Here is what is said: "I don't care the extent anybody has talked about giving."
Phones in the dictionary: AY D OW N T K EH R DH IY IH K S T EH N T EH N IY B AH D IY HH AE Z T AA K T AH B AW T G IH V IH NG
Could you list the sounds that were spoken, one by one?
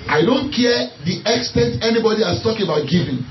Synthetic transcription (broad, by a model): AY D OW N T K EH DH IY IH K S T EH N T EH N IY B AH D IY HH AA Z T AA K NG AH B AW T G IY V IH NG